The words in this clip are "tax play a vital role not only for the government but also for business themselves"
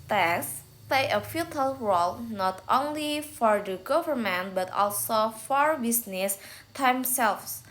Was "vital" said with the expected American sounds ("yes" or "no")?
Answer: no